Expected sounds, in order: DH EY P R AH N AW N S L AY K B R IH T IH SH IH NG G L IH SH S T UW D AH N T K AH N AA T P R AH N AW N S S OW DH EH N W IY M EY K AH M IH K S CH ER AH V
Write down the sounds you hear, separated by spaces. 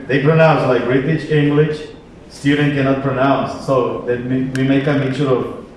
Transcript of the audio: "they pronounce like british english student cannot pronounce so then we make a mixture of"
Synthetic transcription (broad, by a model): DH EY P R AH N AW N S L AY K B R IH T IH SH IH NG G L IH SH S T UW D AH N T K AH N AA T P R AH N AW N S S OW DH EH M W IY M EY K AH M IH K CH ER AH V